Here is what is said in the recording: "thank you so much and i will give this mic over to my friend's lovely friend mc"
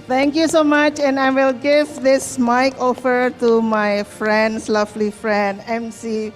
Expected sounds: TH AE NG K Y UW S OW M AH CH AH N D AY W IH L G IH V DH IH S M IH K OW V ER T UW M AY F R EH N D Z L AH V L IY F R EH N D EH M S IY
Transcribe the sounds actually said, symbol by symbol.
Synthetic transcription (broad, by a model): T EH NG K Y UW S OW M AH CH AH N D AY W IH L G IH V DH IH S M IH K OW F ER T UW M AY F R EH N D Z L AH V L IY F R EH N D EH M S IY